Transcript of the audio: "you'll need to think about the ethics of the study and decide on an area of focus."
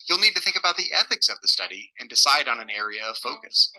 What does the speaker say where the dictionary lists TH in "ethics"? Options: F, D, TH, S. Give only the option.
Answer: TH